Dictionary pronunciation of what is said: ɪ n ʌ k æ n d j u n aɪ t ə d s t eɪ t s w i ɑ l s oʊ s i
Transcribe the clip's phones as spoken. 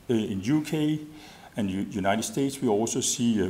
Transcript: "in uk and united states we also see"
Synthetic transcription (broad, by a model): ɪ n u k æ n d j u n aɪ t ə d s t eɪ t s w i ɑ l s oʊ s i